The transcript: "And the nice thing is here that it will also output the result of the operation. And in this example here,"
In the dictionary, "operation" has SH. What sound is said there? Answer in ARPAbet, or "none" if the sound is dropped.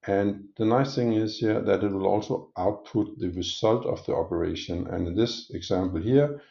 none